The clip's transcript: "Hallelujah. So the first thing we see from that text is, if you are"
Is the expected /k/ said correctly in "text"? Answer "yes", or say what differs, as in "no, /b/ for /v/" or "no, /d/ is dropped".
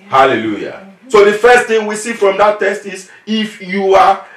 no, /k/ is dropped